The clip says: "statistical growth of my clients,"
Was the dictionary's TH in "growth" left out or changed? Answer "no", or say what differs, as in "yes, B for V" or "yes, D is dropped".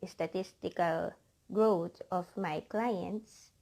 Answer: yes, T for TH